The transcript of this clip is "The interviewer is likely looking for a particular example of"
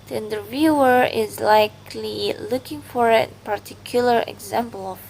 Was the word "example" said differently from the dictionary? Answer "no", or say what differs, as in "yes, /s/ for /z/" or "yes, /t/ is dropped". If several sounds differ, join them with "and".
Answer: no